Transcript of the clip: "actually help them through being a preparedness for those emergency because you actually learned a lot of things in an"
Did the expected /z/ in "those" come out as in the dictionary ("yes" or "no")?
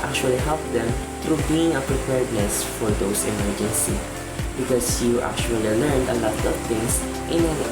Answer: no